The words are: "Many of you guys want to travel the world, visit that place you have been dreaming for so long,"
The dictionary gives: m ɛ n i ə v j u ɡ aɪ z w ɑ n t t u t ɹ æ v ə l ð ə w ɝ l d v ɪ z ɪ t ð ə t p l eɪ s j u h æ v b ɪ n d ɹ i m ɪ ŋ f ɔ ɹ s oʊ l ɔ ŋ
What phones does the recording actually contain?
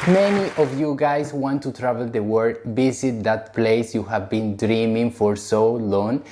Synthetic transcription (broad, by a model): m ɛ n i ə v j u ɡ aɪ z w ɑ n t t u t ɹ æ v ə l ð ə w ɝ d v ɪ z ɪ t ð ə t p l eɪ s j u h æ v b ɪ n d ɹ i m ɪ ŋ f ɔ ɹ s oʊ l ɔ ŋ